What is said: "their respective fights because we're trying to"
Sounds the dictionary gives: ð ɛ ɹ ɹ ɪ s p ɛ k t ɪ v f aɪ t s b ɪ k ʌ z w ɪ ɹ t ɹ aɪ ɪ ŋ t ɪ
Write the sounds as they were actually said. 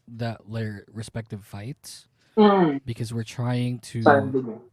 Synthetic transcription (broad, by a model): ð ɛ ɹ ɹ ɪ s p ɛ k t ɪ v f aɪ t s b ɪ k ʌ z w ɪ ɹ t ɹ aɪ ɪ ŋ t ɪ